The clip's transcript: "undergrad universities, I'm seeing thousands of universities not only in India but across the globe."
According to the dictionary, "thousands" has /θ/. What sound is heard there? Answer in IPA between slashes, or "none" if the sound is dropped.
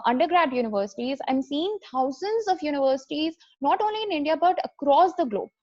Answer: /t/